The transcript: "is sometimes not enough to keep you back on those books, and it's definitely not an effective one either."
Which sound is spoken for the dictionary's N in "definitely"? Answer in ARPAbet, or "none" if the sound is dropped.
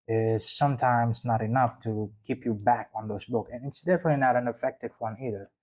N